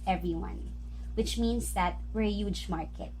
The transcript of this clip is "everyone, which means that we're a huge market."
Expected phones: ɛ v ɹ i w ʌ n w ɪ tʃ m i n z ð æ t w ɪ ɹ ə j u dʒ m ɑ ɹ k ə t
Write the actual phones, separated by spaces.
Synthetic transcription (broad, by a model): ɛ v ɹ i w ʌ n w ɪ tʃ m i n s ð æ t w ɪ ɹ ə j u dʒ m ɑ ɹ k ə t